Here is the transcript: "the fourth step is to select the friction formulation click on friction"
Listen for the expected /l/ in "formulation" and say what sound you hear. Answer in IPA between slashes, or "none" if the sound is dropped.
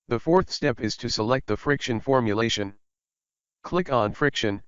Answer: /l/